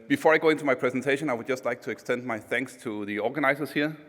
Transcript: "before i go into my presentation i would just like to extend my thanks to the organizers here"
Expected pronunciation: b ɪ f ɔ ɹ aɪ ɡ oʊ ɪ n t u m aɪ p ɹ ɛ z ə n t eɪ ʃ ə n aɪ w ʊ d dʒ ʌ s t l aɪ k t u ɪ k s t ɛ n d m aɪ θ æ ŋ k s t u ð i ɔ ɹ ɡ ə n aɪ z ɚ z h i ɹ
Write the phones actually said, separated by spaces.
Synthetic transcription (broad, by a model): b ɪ f ɔ ɹ aɪ ɡ oʊ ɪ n t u m aɪ p ɹ ɛ z ə n t eɪ ʃ ə n aɪ w ʊ d dʒ ʌ s t l aɪ k t u ɪ k s t ɛ n d m aɪ θ æ ŋ k s t u ð i ɔ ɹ ɡ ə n aɪ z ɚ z h i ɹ